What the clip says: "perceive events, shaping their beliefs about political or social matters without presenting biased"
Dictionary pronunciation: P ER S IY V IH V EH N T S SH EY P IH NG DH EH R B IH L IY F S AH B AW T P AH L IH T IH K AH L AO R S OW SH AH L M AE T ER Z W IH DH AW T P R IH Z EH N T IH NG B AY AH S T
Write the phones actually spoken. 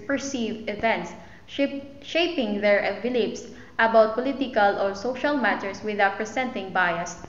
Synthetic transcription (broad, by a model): P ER S IY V IH V EH N T S SH EY P IH NG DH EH R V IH L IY P S AH B AW T P AH L IH T IH K AH L AO R S OW SH AH L M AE T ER S W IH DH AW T P R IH S EH N T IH NG B AY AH S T